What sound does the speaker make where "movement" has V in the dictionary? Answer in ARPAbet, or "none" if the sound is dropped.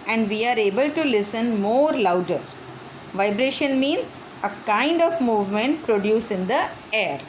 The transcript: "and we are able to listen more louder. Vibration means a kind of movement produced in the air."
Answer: V